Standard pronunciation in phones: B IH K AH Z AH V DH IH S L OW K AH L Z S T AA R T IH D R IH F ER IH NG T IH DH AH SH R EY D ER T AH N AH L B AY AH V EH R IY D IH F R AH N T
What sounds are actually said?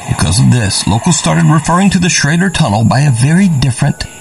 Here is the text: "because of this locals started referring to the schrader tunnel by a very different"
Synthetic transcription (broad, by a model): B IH K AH Z AH V DH IH S L OW K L S T AA R T IH D R IH F ER IH NG T IH DH AH SH R EY D ER T AH N L B AY AH V EH R IY D IH F R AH N T